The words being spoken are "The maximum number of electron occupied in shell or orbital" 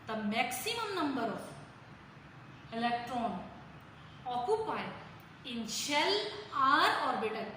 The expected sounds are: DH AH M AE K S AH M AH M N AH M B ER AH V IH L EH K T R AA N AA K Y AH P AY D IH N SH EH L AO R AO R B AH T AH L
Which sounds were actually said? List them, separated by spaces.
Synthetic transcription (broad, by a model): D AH M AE K S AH M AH M N AH M B ER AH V IH L EH K T R AA N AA K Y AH P AY IH N SH EH L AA R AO R B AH T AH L